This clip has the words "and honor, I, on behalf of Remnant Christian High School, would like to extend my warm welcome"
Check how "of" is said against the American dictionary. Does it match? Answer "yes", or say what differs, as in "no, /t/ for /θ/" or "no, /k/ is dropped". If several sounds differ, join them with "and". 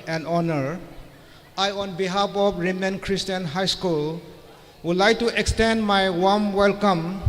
no, /p/ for /v/